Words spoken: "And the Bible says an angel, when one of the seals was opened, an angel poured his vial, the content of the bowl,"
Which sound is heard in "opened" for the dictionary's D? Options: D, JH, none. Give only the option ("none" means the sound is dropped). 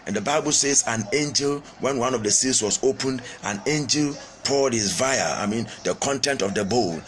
D